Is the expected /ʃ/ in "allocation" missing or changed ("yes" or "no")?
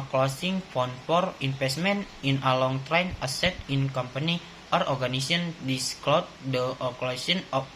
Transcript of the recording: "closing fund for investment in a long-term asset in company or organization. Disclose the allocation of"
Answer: yes